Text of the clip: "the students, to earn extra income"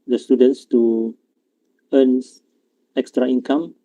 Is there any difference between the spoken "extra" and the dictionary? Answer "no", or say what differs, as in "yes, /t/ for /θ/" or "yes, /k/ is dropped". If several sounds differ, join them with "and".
no